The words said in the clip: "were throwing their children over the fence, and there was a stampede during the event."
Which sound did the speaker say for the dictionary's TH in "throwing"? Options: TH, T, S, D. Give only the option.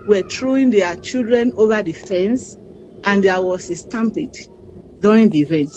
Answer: T